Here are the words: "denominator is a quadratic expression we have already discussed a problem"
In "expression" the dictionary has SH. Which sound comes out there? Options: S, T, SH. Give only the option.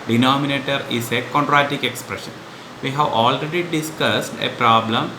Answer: SH